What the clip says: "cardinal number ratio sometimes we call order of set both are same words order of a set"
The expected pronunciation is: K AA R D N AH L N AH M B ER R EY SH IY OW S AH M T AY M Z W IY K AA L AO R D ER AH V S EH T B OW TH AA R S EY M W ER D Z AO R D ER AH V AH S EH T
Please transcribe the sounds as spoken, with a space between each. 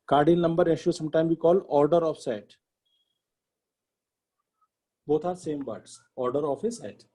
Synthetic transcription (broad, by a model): K AA R D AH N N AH M B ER R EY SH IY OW S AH M T AY M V IY K AA L AO R D ER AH F S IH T B OW T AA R S EY M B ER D S AO R D ER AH F AH S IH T